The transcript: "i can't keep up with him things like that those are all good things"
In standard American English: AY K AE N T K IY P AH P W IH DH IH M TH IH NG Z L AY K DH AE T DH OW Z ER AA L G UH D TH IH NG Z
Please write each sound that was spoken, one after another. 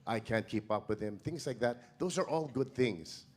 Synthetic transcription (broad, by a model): AY K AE N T K IY P AH P W IH DH IH M TH IH NG Z L AY K DH AE T DH OW Z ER AA L G UH D TH IH NG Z